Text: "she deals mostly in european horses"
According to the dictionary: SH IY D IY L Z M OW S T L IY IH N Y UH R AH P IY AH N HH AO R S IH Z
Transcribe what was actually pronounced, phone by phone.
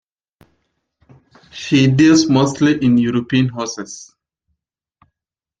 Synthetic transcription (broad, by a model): SH IY D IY L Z M OW S T L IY IH N Y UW R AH P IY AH N HH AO S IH S